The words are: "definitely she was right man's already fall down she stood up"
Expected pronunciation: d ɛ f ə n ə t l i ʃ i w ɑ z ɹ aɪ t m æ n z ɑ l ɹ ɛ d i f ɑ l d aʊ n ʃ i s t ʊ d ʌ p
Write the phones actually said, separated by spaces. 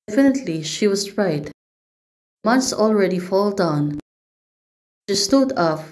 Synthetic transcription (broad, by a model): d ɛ f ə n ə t l i ʃ i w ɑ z ɹ aɪ t m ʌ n s ɑ l ɹ ɛ d i f ɑ l d aʊ n ʃ i s t ʊ d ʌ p